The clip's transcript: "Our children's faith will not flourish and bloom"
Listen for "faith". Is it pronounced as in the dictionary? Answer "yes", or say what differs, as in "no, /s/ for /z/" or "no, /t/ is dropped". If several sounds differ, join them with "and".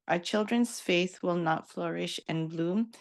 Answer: yes